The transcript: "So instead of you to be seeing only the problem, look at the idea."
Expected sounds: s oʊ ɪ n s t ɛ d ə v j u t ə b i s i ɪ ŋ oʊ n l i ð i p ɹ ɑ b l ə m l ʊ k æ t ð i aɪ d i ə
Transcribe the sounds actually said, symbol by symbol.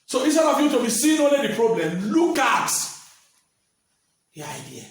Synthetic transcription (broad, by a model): s oʊ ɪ s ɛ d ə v j u t ə b i s i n oʊ n l i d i p ɹ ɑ b l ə m l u k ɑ t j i aɪ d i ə